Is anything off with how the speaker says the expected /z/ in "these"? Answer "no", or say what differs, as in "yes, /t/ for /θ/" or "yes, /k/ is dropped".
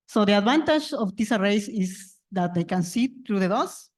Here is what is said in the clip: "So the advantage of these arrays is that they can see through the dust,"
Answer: yes, /s/ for /z/